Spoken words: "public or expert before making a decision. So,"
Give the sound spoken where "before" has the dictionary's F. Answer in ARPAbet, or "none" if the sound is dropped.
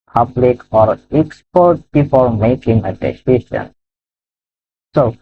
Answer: P